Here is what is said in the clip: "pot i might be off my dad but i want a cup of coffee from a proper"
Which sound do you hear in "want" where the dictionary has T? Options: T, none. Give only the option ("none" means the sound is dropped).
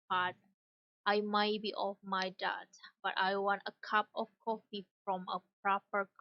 T